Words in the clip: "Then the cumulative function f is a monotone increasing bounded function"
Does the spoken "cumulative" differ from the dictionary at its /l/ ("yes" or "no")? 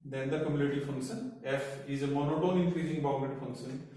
yes